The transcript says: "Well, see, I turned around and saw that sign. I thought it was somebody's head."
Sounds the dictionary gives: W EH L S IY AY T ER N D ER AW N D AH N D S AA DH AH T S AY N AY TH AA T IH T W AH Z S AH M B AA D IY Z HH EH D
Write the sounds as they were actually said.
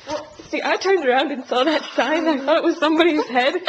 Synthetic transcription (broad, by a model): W S IY AY T ER N D ER AW N D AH N S AA DH AH T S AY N AY TH AA T IH T W AH Z S AH M B AA D IY Z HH EH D